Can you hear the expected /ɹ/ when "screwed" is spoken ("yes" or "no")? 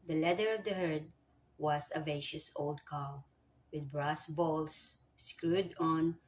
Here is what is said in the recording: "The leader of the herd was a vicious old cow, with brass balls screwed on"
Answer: yes